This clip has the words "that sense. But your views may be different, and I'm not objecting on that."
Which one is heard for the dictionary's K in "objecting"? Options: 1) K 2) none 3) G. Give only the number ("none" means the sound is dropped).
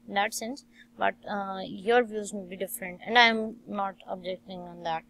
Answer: 1